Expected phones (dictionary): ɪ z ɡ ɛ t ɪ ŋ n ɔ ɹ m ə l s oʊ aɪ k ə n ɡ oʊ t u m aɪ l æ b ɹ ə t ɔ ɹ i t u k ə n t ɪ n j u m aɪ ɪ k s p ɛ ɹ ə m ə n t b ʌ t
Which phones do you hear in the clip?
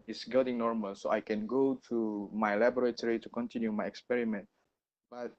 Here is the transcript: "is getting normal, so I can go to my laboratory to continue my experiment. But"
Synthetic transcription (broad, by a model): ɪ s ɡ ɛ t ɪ ŋ n ɔ ɹ m ə l s oʊ aɪ k ə n ɡ oʊ t u m aɪ l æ b ɹ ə t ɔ ɹ i t u k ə n t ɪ n j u m aɪ ɪ k s p ɛ ɹ ə m ə n t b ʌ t